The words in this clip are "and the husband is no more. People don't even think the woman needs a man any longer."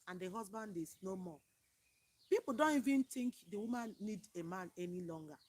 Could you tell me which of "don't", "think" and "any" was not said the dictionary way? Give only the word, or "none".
think